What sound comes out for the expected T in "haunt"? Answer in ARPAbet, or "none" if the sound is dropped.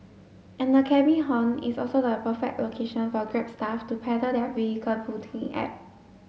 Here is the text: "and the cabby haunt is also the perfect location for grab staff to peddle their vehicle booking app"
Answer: none